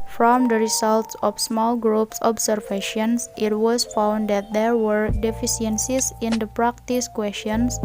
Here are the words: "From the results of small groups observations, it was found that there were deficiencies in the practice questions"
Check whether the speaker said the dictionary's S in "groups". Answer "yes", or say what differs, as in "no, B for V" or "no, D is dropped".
yes